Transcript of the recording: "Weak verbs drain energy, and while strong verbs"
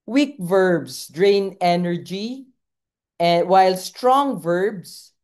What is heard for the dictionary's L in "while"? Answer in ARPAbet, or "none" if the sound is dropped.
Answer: L